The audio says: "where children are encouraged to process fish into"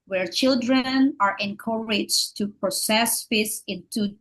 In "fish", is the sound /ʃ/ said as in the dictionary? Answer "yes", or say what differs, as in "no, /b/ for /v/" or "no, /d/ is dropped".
no, /s/ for /ʃ/